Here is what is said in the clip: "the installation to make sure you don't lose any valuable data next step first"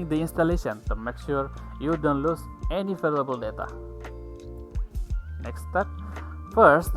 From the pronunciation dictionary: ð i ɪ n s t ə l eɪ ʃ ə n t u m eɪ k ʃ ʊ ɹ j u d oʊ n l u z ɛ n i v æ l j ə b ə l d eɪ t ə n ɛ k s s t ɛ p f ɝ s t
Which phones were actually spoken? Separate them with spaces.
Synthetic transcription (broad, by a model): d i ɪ n s t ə l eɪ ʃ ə n t u m eɪ k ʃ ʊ ɹ j u d oʊ n l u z ɛ n i f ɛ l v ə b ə l d eɪ t ə n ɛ k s s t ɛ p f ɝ s t